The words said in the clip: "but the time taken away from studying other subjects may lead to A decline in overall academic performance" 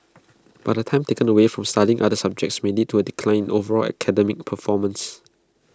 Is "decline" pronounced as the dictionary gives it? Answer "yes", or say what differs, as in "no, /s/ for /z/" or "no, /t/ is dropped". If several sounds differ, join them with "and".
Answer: no, /n/ is dropped